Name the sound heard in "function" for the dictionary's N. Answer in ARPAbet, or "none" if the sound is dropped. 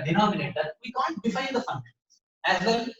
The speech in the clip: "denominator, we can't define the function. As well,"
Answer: none